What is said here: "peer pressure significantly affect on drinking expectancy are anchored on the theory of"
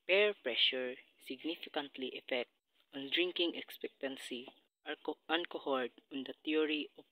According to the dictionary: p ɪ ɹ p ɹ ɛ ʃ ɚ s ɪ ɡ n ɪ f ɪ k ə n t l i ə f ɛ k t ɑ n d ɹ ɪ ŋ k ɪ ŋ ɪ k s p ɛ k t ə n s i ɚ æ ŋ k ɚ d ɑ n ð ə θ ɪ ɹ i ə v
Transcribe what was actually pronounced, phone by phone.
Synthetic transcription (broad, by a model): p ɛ ɹ p ɹ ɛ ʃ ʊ s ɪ ɡ n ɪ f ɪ k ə n t l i ə f ɛ k t ɑ n d ɹ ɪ ŋ k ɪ ŋ ɪ k s p ɛ k t ə n s i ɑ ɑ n k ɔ d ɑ n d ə t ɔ ɹ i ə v